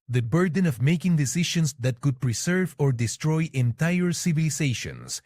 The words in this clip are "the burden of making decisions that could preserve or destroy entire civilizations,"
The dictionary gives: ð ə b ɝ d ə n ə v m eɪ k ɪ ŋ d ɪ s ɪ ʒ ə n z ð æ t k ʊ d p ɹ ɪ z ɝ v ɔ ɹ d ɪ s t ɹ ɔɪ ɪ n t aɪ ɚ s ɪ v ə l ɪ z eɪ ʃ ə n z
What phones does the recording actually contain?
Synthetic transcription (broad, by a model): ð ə b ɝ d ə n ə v m eɪ k ɪ ŋ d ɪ s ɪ ʃ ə n s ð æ t k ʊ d p ɹ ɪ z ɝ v ɔ ɹ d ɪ s t ɹ ɔɪ ɪ n t aɪ ɚ s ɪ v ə l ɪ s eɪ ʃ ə n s